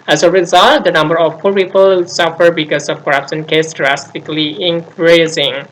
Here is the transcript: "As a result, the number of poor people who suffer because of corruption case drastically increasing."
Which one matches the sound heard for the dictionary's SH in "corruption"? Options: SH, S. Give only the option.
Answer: S